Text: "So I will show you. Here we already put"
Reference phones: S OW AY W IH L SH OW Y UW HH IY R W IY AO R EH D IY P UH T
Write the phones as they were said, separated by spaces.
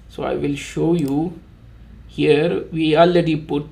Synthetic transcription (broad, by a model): S OW AY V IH L SH OW Y UW HH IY R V IY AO L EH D IY P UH T